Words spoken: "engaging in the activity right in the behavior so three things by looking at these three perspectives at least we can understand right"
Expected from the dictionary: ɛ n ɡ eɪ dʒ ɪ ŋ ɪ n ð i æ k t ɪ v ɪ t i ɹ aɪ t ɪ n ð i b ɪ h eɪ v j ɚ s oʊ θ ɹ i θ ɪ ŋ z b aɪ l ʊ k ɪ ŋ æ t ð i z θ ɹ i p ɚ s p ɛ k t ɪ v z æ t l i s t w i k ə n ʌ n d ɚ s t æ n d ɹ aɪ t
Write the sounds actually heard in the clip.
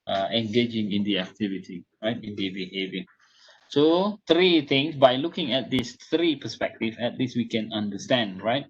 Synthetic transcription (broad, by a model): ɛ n ɡ eɪ dʒ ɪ ŋ ɪ n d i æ k t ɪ v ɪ t i ɹ aɪ t ɪ n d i b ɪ h eɪ v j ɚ s oʊ t ɹ i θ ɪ ŋ s b aɪ l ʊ k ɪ ŋ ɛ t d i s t ɹ i p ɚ s p ɛ k t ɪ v ɛ t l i s w i k ə n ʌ n d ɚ s t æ n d ɹ aɪ t